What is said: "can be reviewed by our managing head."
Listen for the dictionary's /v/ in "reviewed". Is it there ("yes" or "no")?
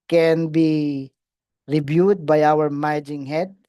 no